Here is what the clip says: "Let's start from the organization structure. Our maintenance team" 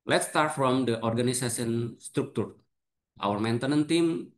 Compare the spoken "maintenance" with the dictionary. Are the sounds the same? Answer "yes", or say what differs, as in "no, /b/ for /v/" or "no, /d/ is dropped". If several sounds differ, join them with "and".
no, /s/ is dropped